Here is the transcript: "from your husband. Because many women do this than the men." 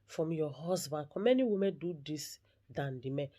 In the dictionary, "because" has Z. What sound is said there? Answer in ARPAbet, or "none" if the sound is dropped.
none